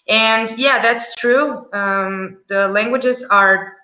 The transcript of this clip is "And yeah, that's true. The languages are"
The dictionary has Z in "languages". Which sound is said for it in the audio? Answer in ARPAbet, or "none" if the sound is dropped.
Z